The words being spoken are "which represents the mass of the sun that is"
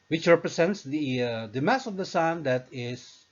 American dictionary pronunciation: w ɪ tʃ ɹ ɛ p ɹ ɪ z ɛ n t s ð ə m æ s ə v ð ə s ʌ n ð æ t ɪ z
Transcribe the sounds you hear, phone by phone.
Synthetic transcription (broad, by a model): w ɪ tʃ ɹ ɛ p ɹ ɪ s ɛ n t s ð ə m æ s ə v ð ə s ʌ n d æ t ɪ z